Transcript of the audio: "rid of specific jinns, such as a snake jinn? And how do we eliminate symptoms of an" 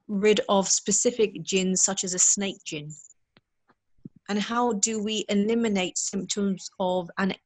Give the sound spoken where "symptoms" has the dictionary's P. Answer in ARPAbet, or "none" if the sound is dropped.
P